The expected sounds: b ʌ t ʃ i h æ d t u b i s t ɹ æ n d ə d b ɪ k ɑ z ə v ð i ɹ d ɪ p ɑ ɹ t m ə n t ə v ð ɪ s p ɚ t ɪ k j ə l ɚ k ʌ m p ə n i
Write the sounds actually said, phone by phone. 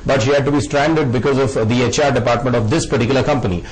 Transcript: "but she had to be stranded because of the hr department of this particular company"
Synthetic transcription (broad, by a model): b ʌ t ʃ i h æ d t u b i s t ɹ æ n d ə d b ɪ k ɑ z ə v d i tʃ d ɪ p ɑ ɹ t m ə n t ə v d ɪ s p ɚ t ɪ k j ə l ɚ k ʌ m p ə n i